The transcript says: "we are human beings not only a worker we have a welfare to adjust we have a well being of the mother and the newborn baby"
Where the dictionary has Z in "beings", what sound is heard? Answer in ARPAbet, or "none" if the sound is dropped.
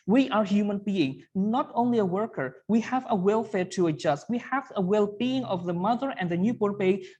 none